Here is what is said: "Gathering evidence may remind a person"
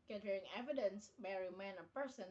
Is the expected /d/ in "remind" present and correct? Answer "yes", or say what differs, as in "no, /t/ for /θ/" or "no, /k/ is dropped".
no, /d/ is dropped